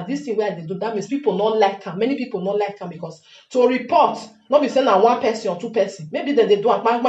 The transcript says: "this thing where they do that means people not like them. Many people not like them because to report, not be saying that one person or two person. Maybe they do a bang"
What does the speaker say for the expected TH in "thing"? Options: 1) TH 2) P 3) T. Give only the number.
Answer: 3